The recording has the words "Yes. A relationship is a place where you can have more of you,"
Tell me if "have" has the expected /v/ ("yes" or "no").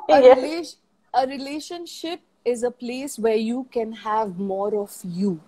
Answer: yes